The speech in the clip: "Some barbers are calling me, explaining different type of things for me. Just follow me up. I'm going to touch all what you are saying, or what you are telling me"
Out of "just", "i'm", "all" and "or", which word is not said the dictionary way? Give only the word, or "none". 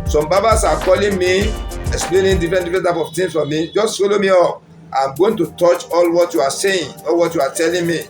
or